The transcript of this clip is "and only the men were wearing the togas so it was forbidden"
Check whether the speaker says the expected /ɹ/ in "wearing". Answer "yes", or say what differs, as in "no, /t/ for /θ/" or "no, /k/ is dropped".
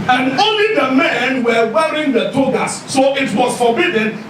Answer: yes